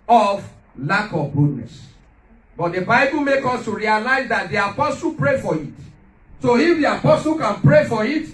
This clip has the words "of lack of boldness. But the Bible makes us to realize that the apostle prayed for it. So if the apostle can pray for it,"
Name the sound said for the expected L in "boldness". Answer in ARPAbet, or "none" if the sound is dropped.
none